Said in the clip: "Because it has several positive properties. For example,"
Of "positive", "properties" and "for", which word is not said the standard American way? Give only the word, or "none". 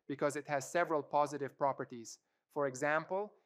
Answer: none